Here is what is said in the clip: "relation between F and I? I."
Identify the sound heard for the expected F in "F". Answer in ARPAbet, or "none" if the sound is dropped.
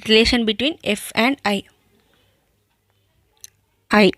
F